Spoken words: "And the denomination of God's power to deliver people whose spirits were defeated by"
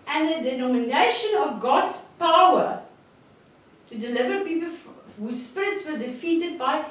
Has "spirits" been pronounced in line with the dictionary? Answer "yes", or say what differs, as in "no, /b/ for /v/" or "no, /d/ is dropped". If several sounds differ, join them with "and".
yes